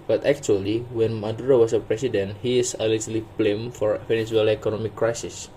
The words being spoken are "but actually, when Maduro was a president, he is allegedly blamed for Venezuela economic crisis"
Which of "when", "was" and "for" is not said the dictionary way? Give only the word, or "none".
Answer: was